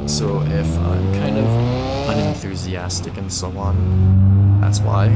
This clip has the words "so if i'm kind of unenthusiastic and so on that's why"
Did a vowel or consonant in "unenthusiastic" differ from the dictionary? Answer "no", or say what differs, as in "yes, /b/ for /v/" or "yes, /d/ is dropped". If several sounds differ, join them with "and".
no